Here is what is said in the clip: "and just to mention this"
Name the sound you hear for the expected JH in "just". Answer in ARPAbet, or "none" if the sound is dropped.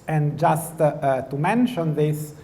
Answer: JH